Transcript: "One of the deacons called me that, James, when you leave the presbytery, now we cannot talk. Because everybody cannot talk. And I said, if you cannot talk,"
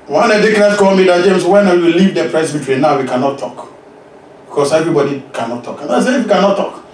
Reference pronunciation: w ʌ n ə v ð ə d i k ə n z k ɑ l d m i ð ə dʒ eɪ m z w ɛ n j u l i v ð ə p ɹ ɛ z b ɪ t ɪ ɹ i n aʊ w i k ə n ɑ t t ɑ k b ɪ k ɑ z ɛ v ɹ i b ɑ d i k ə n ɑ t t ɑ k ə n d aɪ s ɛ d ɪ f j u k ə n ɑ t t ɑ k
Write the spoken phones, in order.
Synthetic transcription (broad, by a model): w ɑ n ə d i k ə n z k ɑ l m i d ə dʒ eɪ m s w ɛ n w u l i v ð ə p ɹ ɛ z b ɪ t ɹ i n aʊ w i k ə n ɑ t t ɑ k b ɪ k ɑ s ɛ v ɹ i b ɑ d i k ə n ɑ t t ɑ k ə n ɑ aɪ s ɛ ɪ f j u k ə n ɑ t t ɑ k